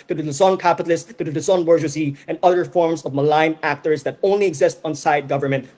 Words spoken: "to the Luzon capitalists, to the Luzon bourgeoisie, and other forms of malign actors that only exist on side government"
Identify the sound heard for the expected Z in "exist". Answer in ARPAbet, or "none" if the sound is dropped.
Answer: Z